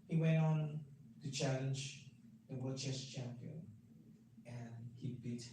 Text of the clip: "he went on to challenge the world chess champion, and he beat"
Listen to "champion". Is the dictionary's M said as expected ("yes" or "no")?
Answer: yes